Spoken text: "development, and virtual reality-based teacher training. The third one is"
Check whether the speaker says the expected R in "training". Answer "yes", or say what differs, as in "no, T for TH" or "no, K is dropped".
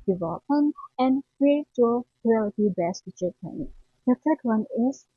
no, R is dropped